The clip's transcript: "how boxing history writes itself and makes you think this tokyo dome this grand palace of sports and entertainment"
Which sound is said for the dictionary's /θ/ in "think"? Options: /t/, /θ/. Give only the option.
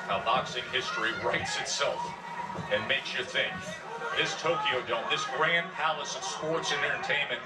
/θ/